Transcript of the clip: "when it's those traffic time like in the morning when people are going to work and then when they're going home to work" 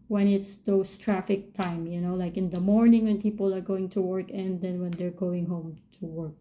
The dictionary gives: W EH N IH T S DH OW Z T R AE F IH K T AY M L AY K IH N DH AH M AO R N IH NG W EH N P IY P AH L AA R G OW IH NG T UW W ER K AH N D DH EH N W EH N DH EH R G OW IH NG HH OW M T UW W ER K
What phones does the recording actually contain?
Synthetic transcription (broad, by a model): W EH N IH T S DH OW S T R AE F IH K T AY M L AY K IH N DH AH M AO R N IH NG W EH N P IY P AH L AA R G OW IH NG T UW W ER K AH N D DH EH N W EH N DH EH R G OW IH NG HH OW M T UW W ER K